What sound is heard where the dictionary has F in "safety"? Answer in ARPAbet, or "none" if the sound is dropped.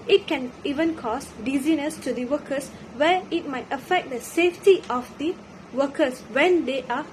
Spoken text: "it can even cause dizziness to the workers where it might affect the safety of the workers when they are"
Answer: F